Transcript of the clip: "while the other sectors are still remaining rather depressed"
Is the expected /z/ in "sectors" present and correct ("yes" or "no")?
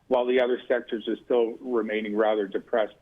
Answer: yes